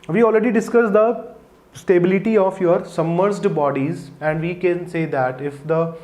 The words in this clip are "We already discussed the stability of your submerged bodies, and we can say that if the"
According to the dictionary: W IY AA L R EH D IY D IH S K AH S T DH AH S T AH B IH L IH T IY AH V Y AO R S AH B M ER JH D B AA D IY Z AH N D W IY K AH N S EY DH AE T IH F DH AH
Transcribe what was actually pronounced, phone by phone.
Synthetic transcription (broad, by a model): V IY AA L R EH D IY D IH S K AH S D AH S T AH B IH L IH T IY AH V Y AO R S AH M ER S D B AA D IY Z AH N D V IY K AH N S EY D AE T IH F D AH